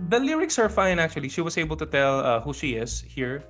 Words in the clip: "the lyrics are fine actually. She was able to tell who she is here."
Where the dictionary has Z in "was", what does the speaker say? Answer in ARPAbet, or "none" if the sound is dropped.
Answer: S